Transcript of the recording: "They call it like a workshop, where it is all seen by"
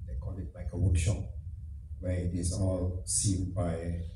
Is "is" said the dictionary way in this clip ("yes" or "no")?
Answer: no